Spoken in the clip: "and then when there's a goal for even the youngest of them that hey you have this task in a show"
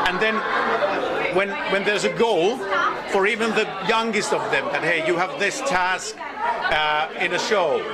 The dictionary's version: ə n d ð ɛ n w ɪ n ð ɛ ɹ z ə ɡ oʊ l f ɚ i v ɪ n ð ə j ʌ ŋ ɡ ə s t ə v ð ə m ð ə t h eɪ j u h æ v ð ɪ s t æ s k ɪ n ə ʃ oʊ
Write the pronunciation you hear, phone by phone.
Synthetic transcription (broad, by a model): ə n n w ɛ n w ɪ n ð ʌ ɹ z ə ɡ oʊ l f ɚ i v ɪ n ð ə j ʌ ŋ ɡ ə s t ə v ð ə m ð ə t h eɪ j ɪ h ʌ v ð ɪ s t æ s k ɪ n ə ʃ oʊ